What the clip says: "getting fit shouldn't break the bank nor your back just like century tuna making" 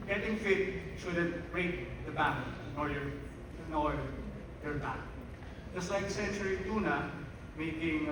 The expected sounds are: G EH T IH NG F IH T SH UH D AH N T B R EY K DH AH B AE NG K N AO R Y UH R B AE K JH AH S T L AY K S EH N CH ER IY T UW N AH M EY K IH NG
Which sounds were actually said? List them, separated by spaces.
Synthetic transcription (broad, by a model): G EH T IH NG F IH T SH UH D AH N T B R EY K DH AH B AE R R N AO L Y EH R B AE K JH AH S T L AY K S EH N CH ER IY T UW N AH M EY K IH NG